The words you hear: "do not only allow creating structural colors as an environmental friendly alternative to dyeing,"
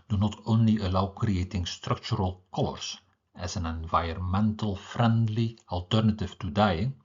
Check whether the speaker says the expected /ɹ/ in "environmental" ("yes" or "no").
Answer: no